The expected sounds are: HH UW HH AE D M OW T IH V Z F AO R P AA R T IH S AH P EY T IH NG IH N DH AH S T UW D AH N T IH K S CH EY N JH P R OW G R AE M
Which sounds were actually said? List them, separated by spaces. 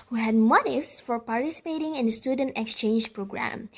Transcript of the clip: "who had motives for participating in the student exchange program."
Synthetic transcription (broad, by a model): HH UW HH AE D M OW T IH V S F AO R P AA R T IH S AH P EY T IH NG IH N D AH S T UW D AH N T IH K S CH EY N JH P R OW G R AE M